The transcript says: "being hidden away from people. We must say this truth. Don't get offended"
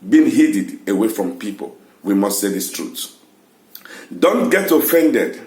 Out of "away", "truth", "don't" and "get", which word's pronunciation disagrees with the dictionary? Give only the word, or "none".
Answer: truth